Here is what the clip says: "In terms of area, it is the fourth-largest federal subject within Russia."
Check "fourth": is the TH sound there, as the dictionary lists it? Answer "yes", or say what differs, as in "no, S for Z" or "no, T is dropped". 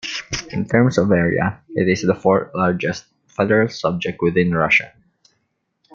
no, T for TH